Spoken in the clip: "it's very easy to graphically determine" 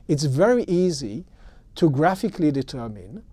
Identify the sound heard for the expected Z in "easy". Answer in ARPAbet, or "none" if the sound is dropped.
Z